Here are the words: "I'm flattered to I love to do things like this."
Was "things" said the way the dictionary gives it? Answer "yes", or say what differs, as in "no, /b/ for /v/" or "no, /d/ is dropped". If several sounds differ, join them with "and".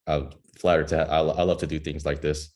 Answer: yes